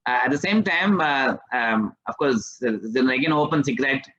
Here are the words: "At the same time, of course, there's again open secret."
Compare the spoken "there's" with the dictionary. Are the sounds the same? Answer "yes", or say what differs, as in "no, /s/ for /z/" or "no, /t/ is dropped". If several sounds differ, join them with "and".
no, /z/ is dropped